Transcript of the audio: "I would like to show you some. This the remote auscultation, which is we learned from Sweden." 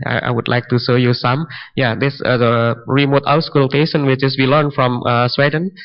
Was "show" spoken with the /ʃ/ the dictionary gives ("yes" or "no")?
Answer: no